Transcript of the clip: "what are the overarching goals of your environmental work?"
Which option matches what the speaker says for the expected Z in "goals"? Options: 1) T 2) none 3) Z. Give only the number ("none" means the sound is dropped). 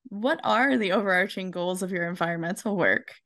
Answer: 3